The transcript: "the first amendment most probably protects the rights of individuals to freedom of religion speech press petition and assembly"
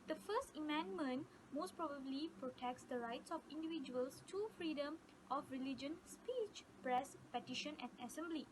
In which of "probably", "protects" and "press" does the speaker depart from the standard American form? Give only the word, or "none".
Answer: none